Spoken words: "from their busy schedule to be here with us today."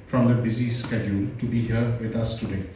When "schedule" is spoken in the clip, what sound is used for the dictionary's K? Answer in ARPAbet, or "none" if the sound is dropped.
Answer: K